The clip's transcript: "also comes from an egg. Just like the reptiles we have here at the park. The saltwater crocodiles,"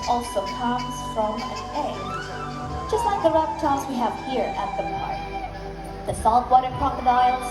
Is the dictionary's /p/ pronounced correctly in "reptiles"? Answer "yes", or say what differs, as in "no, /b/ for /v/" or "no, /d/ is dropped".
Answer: no, /f/ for /p/